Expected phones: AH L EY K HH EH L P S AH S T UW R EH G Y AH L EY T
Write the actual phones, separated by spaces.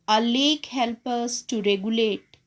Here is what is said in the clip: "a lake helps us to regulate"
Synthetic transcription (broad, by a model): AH L EY K HH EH L P AH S T UW R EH G Y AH L EY T